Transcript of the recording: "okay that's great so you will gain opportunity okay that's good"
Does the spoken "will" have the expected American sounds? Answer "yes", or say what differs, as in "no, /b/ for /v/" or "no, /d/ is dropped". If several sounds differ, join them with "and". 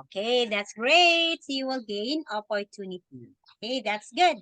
yes